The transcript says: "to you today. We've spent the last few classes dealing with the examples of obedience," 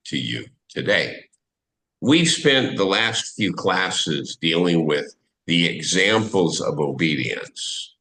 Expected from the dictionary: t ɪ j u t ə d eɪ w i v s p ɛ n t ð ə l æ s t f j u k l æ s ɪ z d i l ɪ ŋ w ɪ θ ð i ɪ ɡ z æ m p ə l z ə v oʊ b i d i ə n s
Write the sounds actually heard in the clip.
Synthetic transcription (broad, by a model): t ɪ j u t ə d eɪ w i v s p ɛ n ð ə l æ s t f j u k l æ s ɪ z d i l ɪ ŋ w ɪ ð i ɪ ɡ z æ m p l z ə v oʊ b i d i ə n s